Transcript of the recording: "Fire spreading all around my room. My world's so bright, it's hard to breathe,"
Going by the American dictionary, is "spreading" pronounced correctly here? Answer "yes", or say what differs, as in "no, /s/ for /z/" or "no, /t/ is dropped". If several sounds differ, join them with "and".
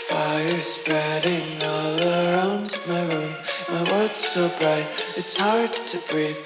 yes